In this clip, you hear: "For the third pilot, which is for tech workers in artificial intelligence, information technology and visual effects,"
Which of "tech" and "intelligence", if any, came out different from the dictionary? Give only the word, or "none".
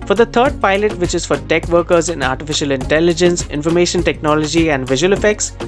none